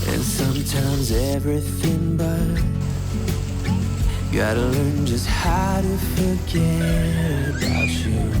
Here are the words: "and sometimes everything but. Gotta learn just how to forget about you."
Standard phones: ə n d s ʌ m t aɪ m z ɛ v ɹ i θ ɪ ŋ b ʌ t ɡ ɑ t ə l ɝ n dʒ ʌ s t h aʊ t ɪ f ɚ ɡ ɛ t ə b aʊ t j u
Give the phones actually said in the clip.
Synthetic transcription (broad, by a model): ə n s ʌ m t aɪ m z ɛ v ɹ i θ ɪ ŋ b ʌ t ɡ ɑ t ə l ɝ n dʒ ʌ s t h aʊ t ɪ f ɚ ɡ ɛ t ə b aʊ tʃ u